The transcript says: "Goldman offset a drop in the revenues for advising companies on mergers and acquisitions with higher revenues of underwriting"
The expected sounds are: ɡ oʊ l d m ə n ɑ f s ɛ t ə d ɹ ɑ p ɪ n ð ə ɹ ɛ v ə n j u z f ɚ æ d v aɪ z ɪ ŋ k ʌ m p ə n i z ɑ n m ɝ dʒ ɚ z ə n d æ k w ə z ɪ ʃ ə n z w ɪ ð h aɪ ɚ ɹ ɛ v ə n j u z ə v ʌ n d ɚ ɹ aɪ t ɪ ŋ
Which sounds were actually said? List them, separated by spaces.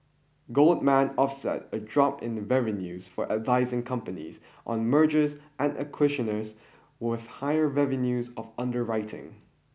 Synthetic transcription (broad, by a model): ɡ oʊ l d m ə n ɑ f s ɛ t ə d ɹ ɑ p ɪ n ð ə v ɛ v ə n j u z f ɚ æ d v aɪ z ɪ ŋ k ʌ m p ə n i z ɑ n m ɝ dʒ ɚ z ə n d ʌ k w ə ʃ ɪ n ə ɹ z w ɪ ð h aɪ ɚ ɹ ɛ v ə n j u z ə v ʌ n d ɚ ɹ aɪ t ɪ ŋ